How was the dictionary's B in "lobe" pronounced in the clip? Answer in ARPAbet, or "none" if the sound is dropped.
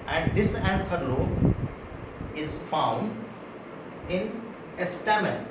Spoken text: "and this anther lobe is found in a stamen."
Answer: none